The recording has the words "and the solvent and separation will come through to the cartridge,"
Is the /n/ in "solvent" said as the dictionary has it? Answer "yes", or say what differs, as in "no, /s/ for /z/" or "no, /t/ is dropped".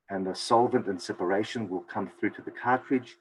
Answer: yes